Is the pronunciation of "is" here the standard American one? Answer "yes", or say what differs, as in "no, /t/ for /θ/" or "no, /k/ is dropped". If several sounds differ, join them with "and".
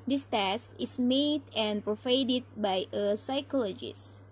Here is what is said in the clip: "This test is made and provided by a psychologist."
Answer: no, /s/ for /z/